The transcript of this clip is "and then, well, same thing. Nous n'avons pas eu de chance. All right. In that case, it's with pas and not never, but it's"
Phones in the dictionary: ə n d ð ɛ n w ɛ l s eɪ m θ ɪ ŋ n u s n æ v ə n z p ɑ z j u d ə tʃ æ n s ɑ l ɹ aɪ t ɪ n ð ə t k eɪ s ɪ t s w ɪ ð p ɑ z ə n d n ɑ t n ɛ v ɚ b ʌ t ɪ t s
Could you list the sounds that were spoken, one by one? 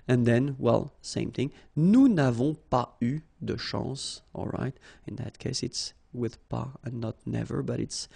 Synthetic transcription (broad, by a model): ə n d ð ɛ n w ɛ l s eɪ m θ ɪ ŋ n u n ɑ v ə p ɑ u d ə ʃ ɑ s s ɑ l ɹ aɪ t ɪ n ð ə t k eɪ s ɪ t s w ɪ ð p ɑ ə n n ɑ t n ɛ v ɚ b ʌ t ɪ t s